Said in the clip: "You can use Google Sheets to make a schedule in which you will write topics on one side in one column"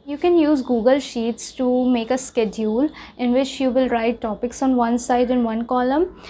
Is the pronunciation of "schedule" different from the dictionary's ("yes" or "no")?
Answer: no